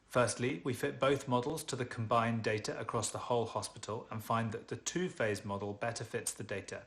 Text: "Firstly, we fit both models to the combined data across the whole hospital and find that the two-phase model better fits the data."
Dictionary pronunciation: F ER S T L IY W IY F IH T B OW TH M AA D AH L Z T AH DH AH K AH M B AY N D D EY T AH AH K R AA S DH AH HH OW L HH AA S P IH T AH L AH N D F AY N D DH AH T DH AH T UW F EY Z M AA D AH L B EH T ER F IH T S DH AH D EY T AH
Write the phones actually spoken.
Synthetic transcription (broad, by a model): F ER S T L IY W IY F IH T B OW TH M AA D AH L Z T AH DH AH K AH M B AY N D D EY T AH AH K R AA S DH AH HH OW L HH AA S P IH T AH L AH N F AY N DH AH T DH AH T UW F EY Z M AA D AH L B EH T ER F IH T S DH AH D EY T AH